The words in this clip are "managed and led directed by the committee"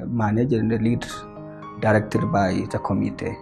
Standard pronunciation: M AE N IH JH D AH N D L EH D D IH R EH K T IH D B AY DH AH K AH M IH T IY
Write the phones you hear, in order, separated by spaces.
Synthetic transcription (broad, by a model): M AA N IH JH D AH L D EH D D IH R EH K T IH D B AY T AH K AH M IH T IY